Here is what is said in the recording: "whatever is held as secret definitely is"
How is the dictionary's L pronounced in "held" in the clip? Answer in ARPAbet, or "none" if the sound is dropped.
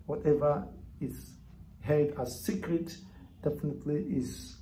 none